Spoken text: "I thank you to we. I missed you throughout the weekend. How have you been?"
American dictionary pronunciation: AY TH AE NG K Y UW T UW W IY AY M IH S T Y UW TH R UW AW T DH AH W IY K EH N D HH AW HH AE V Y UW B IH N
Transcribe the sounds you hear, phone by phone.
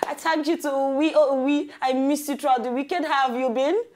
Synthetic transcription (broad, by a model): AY T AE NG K Y UW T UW W IY AY M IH S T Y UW T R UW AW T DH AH W IY K EH N D HH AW V Y UW B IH N